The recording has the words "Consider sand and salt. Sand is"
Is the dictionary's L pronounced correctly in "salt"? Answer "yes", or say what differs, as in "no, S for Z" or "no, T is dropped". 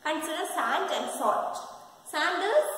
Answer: no, L is dropped